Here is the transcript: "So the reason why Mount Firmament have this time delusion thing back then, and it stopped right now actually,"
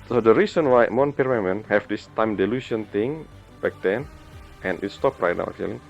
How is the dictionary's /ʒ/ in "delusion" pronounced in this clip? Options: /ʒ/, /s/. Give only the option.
/s/